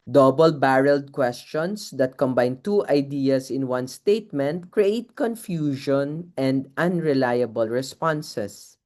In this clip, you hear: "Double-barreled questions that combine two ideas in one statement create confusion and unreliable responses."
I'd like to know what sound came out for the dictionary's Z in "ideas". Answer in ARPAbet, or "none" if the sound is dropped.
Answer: S